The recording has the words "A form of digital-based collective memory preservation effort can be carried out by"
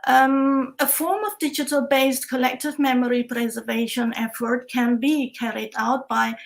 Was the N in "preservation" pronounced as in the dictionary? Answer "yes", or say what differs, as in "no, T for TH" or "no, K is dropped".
yes